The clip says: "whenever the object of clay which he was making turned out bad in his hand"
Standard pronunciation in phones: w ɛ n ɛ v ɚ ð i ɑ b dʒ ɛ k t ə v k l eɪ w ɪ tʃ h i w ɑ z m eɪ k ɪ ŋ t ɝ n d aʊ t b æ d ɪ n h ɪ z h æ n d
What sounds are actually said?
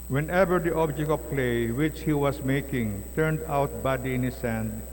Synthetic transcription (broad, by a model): w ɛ n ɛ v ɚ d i ɑ b dʒ ɛ k t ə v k l eɪ w ɪ tʃ h i w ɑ s m eɪ k ɪ ŋ t ɝ n d aʊ t b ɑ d ɪ n h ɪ s h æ n d